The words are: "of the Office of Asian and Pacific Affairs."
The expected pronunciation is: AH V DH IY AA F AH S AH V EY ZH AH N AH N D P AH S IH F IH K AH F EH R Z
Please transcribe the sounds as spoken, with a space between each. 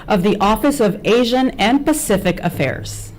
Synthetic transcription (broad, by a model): AH V DH IY AA F AH S AH V EY ZH AH N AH N P AH S IH F IH K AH F EH R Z